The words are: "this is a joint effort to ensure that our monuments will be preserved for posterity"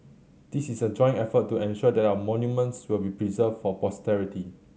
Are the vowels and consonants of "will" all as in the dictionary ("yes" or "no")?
yes